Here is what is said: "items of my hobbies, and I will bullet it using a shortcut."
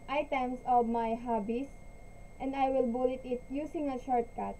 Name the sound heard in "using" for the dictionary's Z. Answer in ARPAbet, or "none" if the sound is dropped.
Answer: S